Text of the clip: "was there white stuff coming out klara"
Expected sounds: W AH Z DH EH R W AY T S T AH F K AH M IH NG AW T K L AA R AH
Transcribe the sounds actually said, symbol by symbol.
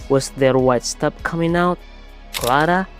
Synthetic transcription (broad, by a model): W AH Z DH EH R W AY T S T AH P K AH M IH NG AW T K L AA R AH